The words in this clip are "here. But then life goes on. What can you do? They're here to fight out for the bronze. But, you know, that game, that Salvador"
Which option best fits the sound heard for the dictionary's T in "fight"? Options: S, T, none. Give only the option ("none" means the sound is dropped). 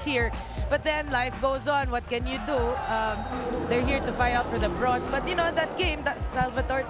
none